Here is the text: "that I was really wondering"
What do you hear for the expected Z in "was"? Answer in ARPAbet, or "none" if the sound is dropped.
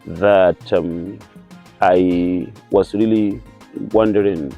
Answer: S